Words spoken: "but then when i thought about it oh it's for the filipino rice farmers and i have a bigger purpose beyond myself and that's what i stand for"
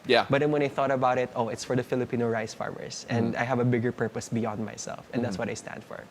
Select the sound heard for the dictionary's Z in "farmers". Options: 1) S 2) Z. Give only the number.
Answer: 1